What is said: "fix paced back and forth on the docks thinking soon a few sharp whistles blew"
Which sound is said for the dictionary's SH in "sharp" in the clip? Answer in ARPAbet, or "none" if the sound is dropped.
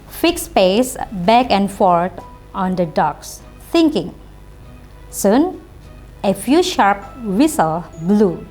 SH